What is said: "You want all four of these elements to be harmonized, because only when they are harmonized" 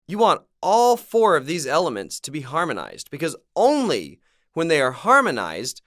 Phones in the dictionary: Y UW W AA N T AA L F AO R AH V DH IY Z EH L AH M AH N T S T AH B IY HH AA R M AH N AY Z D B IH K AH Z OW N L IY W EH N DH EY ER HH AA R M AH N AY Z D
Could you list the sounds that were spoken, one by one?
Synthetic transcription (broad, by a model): Y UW W AA N T AA L F AO R AH V DH IY Z EH L AH M AH N T S T AH B IY HH AA R M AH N AY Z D B IH K AH Z OW N L IY W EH N DH EY ER HH AA R M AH N AY Z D